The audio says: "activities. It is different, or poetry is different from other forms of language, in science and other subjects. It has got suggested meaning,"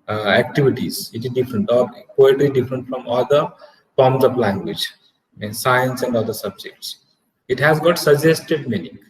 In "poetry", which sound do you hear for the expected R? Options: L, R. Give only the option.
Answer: L